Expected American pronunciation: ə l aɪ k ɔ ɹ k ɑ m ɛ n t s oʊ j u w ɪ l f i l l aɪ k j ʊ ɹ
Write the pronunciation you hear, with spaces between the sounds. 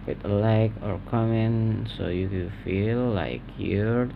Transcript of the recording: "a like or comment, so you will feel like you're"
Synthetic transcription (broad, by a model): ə l aɪ k ɔ ɹ k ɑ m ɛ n s oʊ j u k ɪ n f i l l aɪ k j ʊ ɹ